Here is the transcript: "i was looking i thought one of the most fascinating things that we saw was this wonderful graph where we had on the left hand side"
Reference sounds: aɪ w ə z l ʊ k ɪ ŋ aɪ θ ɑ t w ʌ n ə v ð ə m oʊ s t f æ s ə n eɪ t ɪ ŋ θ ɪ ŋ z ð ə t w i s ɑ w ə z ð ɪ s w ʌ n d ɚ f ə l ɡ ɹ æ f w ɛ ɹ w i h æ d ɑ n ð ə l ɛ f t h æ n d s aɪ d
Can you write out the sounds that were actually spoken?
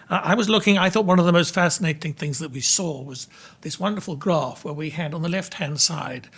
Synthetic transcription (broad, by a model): aɪ w ə z l ʊ k ɪ ŋ aɪ θ ɑ t w ʌ n ə v ð ə m oʊ s t f æ s ə n eɪ t ɪ ŋ θ ɪ ŋ z ð ə t w i s ɑ w ə z ð ɪ s w ʌ n d ɚ f l ɡ ɹ æ f w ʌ ɹ w i h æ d n ð ə l ɛ f t h æ n d s aɪ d